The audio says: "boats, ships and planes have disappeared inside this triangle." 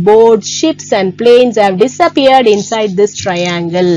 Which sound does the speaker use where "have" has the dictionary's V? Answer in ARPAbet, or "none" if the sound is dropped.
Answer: V